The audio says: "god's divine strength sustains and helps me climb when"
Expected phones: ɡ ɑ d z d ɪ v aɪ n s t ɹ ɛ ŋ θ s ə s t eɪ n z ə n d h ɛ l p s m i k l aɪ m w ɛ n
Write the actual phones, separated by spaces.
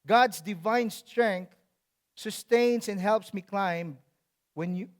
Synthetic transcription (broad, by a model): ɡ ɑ d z d ɪ v aɪ n s t ɹ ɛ ŋ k s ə s t eɪ n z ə n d h ɛ l p s m i k l aɪ m w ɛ n